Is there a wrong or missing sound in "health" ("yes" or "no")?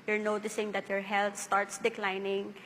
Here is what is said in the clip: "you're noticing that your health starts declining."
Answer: yes